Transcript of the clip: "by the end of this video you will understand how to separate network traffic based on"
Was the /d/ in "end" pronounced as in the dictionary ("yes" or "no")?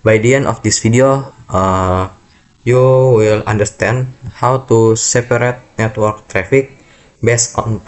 no